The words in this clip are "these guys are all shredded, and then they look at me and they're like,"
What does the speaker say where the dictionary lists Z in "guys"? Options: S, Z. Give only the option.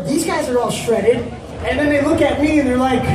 Z